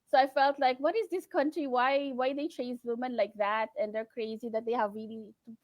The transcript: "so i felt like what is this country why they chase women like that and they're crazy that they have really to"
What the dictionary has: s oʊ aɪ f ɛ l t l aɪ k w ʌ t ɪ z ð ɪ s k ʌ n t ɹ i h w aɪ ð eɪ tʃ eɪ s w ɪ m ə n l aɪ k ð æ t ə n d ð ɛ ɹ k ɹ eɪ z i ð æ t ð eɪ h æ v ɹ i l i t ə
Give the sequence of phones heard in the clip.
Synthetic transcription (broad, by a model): s oʊ aɪ f ɛ l t l aɪ k w ʌ t ɪ z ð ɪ s k ʌ n t ɹ i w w aɪ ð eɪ tʃ eɪ s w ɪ m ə n l aɪ k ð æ t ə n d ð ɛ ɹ k ɹ eɪ z i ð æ t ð eɪ h æ v ɹ i l i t